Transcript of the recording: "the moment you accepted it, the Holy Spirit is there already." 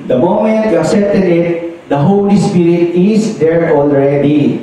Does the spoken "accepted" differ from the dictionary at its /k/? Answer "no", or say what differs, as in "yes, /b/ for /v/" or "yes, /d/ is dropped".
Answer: yes, /k/ is dropped